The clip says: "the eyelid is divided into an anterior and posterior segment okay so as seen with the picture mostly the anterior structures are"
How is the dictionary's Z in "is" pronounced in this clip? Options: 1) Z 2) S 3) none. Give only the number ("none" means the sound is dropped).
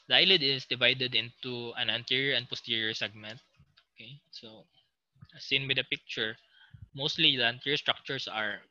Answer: 2